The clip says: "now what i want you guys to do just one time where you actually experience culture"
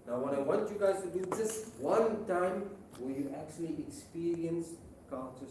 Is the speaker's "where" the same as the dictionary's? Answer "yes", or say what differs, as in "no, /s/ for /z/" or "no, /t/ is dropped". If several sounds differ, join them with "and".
no, /l/ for /ɹ/